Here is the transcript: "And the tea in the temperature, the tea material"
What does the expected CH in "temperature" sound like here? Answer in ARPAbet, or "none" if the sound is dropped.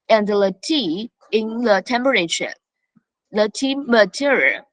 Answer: SH